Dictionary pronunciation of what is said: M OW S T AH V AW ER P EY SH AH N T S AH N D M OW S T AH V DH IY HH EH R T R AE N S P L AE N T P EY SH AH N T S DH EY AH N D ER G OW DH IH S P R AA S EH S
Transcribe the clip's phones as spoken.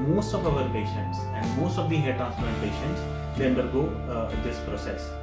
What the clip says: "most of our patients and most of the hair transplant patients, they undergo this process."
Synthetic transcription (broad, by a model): M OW S T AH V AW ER P EY SH AH N T S AH N D M OW S T AH V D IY HH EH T AE S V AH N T P EY SH AH N T S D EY AH N D ER G OW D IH S P R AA S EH S